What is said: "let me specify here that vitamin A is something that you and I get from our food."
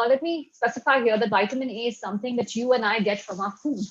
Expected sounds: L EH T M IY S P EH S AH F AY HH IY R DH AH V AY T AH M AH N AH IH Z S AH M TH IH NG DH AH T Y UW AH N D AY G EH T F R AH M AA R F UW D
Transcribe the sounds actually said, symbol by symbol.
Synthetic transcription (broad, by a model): L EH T M IY S P EH S AH F AY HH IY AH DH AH B AY T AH M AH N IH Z S AH M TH IH NG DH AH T Y UW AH N AY G EH T F R AH M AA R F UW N